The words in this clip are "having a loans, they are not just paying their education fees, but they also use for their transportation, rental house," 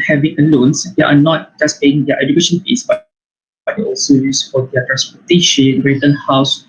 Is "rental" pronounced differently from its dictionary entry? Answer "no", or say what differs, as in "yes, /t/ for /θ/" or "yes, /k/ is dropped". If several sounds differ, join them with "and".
yes, /n/ is dropped and /n/ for /l/